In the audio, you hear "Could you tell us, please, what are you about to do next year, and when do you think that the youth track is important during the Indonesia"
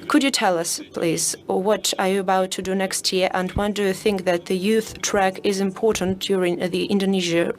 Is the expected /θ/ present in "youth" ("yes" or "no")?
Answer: yes